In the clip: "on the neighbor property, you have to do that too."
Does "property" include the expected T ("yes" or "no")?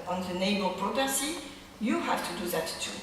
no